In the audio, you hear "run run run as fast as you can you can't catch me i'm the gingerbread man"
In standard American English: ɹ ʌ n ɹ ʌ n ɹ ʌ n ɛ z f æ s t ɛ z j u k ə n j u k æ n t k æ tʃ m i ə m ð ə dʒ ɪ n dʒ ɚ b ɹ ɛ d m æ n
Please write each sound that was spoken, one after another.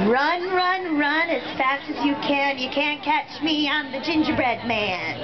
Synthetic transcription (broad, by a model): ɹ ʌ n ɹ ʌ n ɹ ʌ n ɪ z f æ s t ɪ z j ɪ k ə n j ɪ k æ n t k æ tʃ m i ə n ð ə dʒ ɪ n dʒ ɚ b ɹ ɛ d m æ n